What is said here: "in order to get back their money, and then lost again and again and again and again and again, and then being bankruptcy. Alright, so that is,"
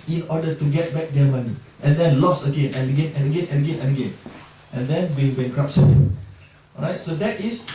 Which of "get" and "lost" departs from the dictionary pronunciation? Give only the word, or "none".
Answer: lost